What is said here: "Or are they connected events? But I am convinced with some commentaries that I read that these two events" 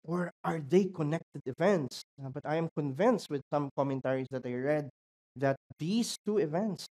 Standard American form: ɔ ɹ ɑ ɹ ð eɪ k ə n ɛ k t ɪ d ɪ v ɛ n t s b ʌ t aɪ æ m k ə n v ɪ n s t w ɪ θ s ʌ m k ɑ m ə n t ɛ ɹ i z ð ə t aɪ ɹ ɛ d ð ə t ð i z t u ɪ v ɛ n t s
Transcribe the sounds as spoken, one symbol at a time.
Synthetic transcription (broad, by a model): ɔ ɹ ɑ ɹ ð eɪ k ə n ɛ k t ɪ d ɪ v ɛ n t s b ʌ t aɪ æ m k ə n v ɪ n s t w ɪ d s ʌ m k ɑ m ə n t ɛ ɹ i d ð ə t aɪ ɹ ɛ d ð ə t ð i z t u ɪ v ɛ n t s